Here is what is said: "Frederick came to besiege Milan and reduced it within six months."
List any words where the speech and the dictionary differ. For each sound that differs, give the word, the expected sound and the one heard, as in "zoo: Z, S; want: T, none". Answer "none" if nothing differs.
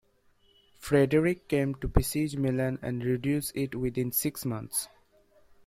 reduced: T, none; months: TH, T